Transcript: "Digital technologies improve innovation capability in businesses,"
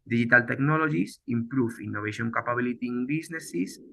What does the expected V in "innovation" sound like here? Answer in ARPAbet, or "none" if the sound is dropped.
B